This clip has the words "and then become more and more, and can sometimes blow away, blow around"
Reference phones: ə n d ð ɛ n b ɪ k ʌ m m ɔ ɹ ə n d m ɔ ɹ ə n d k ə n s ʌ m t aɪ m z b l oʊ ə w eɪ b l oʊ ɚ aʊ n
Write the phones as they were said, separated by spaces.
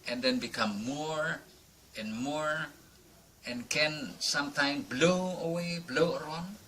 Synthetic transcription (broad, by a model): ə n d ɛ n b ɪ k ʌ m m ɔ ɹ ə n m ɔ ɹ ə n k ə n s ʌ m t aɪ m b l oʊ ə w eɪ b l oʊ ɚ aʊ n